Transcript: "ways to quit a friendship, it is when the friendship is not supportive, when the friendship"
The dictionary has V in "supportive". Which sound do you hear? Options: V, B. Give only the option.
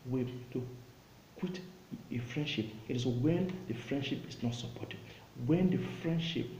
B